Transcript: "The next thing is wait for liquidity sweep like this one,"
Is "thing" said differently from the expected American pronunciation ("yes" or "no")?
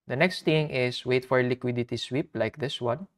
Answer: yes